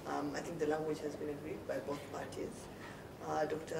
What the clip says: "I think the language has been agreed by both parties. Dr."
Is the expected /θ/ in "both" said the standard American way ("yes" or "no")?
no